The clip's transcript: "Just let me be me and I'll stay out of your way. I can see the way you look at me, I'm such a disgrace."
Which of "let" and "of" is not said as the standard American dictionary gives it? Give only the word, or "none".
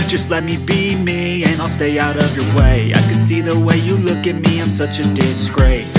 none